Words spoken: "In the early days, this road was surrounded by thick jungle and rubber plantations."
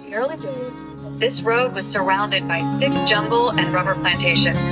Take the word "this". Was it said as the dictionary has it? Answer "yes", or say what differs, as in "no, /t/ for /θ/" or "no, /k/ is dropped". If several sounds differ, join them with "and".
yes